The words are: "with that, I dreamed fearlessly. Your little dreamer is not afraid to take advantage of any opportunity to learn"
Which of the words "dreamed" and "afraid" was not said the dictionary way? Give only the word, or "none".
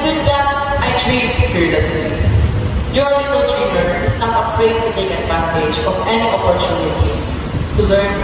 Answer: dreamed